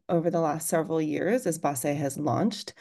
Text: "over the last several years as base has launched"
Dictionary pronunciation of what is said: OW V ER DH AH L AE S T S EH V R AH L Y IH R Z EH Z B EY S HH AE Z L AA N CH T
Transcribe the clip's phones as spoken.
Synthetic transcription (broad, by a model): OW V ER DH AH L AE S T S EH V R L Y IH R Z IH Z B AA S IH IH Z L AA N CH T